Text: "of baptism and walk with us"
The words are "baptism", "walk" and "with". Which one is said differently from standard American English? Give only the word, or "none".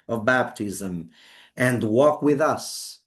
none